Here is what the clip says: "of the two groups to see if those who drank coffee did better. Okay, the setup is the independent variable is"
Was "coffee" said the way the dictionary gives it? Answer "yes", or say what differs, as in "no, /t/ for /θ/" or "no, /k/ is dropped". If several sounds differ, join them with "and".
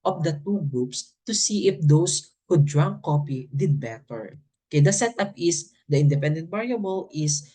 no, /p/ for /f/